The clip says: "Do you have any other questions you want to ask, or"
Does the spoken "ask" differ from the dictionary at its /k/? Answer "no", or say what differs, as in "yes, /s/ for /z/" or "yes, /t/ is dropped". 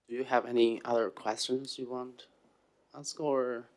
no